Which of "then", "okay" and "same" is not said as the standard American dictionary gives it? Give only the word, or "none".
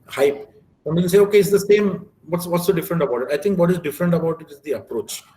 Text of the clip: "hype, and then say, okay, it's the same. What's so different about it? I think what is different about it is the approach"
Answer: then